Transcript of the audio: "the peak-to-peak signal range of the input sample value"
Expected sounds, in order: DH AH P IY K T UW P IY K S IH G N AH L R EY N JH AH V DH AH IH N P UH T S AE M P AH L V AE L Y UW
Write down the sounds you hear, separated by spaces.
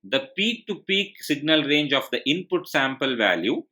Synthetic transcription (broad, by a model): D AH P IY K T UW P IY K S IH G N AH L R EY N JH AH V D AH IH N P UH T S AE M P AH L V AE L Y UW